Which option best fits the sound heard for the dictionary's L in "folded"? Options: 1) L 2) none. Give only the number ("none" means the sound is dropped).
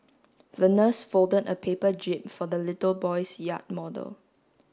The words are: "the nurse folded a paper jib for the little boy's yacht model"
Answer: 1